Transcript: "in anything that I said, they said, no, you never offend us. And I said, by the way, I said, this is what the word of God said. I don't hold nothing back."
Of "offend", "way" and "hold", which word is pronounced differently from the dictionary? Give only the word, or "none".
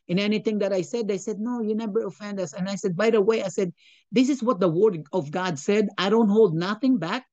none